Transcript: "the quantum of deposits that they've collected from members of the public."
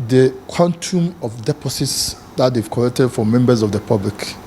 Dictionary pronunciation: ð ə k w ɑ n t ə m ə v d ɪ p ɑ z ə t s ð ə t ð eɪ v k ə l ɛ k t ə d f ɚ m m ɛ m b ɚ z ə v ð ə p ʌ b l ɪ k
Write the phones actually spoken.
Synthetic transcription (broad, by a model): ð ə k w ɑ n t ə m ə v d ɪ p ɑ s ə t s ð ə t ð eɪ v k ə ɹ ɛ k t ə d f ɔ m m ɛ m b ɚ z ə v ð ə p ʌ b l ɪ k